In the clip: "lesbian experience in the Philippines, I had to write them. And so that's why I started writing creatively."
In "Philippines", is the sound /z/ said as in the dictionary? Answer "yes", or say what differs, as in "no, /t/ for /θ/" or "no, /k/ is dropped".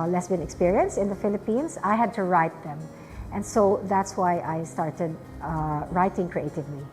no, /s/ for /z/